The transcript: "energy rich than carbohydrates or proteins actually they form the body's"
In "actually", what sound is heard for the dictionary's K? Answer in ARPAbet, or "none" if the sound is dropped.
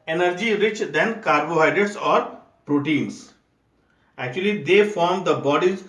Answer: K